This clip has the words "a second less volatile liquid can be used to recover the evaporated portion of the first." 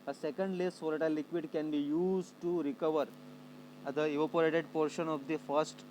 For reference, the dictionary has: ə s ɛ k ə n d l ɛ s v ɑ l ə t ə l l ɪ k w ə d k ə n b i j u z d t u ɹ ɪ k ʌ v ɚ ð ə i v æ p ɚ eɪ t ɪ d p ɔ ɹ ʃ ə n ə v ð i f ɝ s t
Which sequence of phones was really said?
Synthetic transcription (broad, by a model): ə s ɛ k ə n d l ɛ s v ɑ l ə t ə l l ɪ k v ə d k ə n b i j u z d t u ɹ ɪ k ʌ v ɚ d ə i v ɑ p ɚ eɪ t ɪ d p ɔ ɹ ʃ ə n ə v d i f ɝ s t